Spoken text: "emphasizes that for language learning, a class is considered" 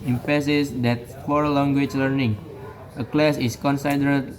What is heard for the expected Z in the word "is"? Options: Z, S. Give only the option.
S